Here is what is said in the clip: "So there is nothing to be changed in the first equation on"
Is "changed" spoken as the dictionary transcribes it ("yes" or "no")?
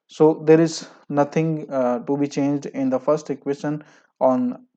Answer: yes